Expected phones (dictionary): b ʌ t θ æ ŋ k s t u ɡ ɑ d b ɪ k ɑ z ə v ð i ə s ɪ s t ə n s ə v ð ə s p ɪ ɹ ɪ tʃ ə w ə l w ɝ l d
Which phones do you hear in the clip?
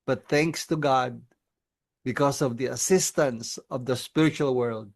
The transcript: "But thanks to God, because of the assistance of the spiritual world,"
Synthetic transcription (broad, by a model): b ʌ t θ æ ŋ k s t u ɡ ɑ d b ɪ k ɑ s ə v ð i ə s ɪ s t ə n s ə v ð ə s p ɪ ɹ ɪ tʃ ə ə l w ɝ l d